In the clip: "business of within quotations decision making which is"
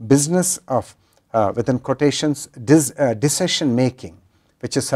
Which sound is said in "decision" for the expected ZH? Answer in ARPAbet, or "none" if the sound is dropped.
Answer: SH